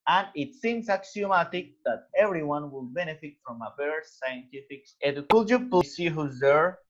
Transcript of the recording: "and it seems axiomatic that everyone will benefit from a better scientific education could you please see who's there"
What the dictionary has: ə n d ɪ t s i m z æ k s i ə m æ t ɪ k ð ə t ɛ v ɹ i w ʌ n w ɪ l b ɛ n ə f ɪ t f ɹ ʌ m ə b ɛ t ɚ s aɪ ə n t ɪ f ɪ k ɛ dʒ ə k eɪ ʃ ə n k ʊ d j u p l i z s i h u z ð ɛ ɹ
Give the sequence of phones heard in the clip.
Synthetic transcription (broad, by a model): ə n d ɪ t s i m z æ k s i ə m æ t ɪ k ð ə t ɛ v ɹ i w ʌ n w ɪ l b ɛ n ə f ɪ t f ɹ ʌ m ə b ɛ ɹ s s aɪ ə n t ɪ f ɪ k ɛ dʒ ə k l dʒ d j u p u s i h u z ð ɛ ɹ